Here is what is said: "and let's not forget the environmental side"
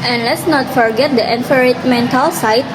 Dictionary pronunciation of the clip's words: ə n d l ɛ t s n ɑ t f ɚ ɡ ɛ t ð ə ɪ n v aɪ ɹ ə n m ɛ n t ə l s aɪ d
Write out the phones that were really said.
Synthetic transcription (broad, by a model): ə n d l ɛ t s n ɑ t f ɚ ɡ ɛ t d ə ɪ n f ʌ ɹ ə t m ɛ n t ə l s aɪ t